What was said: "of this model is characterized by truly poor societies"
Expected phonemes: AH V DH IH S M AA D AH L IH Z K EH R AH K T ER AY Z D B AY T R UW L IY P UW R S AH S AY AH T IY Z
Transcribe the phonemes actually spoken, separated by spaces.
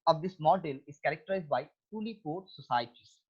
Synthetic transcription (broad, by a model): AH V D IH S M AA D AH L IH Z K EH R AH K T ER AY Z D B AY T UW L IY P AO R S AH S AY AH T IY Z